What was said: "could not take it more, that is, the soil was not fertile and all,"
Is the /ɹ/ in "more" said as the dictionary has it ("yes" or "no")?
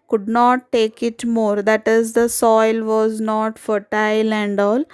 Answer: yes